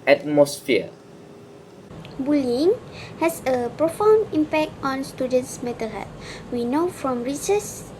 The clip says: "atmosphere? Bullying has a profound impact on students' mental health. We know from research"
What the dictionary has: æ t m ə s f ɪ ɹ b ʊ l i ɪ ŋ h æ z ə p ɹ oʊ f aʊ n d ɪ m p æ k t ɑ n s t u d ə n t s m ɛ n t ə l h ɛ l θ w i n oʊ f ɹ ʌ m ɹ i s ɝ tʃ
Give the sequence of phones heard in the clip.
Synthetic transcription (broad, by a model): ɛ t m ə s f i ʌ b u l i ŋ h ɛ s ə p ɹ oʊ f aʊ n d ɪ m p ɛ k t ɑ n s t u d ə n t s m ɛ t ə l h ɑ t w i n oʊ f ɹ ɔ m ɹ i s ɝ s